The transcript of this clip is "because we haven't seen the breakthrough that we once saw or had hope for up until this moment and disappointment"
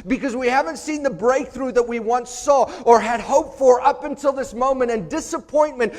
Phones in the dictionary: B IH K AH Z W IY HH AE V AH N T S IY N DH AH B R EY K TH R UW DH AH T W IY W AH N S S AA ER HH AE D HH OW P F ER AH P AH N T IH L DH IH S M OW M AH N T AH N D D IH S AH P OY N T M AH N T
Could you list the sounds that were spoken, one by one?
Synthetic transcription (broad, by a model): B IH K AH Z W IY HH AE V AH N T S IY N DH AH B R EY K TH R UW DH AH T W IY W AH N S S AA ER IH D HH OW P F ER AH P AH N T IH L DH IH S M OW M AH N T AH N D D IH S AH P OY N M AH N T